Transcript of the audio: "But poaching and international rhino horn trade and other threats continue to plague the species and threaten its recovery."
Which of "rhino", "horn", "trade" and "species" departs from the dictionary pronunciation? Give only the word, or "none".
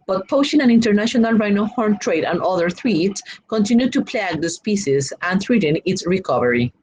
species